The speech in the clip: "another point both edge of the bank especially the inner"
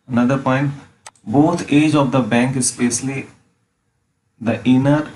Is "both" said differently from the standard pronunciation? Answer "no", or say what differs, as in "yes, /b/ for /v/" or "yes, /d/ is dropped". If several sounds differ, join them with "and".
yes, /t/ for /θ/